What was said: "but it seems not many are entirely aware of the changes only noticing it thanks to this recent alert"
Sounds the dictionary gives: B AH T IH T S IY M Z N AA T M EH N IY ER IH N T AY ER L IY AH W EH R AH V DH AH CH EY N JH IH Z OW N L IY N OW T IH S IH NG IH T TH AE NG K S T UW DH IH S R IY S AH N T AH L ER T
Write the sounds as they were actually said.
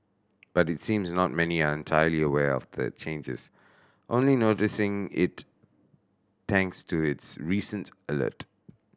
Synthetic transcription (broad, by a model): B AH T IH T S IY M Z N AA T M EH N IY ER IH N T AY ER L IY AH W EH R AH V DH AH CH EY N JH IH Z OW N L IY N OW T IH S IH NG IH T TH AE NG K S T UW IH S R IY S AH N T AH L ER T